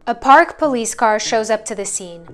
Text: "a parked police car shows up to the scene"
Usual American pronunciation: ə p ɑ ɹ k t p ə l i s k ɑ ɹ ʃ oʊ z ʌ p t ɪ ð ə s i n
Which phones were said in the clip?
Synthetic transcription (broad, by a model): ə p ɑ ɹ k p ə l i s k ɑ ɹ ʃ oʊ z ʌ p t ɪ ð ə s i n